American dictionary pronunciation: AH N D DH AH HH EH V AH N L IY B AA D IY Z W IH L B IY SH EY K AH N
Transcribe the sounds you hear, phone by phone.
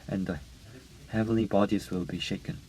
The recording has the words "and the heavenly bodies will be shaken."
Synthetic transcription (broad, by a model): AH N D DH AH HH EH V AH N L IY B AA D IY Z W IH L B IY SH EY K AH N